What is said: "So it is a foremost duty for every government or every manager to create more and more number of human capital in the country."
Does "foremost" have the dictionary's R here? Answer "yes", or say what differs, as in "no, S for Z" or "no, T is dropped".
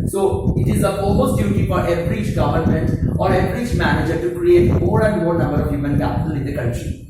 no, L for R